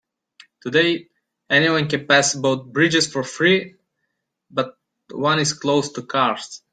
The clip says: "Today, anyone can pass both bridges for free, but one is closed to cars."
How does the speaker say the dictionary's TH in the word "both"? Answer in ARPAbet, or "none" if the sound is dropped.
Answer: T